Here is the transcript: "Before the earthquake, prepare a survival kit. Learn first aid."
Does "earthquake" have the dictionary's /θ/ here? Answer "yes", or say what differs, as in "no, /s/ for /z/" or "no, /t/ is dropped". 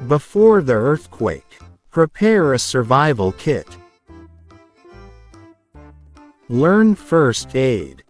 yes